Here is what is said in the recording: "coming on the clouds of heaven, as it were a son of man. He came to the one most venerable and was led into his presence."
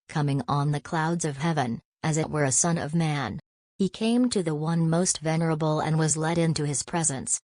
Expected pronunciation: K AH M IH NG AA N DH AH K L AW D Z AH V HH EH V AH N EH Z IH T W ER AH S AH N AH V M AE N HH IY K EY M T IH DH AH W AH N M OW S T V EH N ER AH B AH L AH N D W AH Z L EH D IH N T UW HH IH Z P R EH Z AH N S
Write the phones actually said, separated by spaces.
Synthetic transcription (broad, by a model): K AH M IH NG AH N DH AH K L AW D Z AH V HH EH V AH N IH Z IH T W ER AH S AH N AH V M AE N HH IY K EY M T IH DH AH W AH N M OW S T V EH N ER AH B L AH N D W AH Z L EH D IH N T UW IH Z P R EH Z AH N S